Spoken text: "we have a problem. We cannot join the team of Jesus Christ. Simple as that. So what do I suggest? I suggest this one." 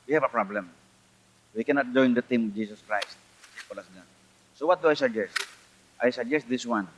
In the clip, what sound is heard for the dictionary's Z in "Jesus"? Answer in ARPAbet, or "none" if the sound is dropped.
S